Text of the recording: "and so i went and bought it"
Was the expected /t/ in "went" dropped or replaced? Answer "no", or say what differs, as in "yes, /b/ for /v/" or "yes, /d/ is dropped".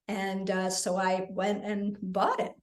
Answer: no